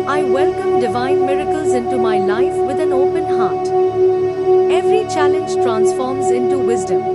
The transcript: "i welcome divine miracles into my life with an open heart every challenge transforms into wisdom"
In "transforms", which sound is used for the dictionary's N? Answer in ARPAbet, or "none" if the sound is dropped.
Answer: N